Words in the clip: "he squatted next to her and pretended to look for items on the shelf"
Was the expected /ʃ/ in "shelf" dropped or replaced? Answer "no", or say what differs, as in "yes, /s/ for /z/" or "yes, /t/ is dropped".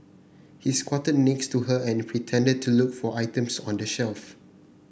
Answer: no